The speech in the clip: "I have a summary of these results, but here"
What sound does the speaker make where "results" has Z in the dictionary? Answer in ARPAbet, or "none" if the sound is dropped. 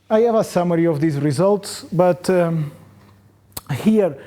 Z